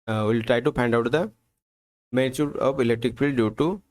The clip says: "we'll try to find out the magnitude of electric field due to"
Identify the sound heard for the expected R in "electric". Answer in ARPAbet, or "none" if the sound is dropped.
R